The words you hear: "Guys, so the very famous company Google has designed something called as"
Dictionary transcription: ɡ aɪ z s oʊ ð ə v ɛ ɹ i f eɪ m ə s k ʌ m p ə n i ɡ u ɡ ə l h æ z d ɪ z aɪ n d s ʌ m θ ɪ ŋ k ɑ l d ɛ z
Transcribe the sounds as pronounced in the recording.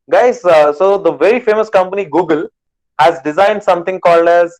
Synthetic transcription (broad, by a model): ɡ aɪ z s oʊ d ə v ɛ ɹ i f eɪ m ə s k ʌ m p ə n i ɡ u ɡ ə l h æ z d ɪ z aɪ n d s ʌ m t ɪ ŋ k ɑ l d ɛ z